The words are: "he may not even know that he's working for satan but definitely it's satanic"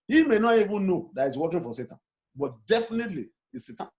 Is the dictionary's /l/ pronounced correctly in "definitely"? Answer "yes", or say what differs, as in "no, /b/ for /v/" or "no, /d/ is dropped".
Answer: yes